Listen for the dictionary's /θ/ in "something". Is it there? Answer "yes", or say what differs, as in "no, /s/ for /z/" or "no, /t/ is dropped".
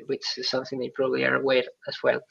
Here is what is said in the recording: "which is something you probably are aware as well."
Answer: yes